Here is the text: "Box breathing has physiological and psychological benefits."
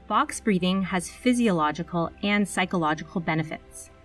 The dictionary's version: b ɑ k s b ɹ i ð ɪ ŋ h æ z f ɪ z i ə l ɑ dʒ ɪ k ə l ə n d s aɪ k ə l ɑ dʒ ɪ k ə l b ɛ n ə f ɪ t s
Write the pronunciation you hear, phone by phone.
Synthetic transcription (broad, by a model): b ɑ k s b ɹ i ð ɪ ŋ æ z f ɪ z i ə l ɑ dʒ ɪ k ə l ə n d s aɪ k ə l ɑ dʒ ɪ k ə l b ɛ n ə f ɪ t s